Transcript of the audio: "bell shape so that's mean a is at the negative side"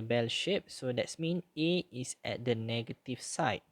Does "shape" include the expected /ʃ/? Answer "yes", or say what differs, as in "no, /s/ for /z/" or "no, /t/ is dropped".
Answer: yes